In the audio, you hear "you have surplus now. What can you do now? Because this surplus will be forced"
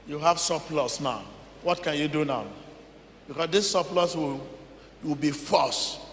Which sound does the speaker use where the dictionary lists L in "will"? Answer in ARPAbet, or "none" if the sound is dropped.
W